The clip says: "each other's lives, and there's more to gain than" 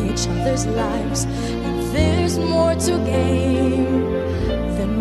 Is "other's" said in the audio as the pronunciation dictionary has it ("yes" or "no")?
yes